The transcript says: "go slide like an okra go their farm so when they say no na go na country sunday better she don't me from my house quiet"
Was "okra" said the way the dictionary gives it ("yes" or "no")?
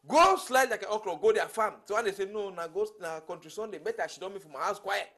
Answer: no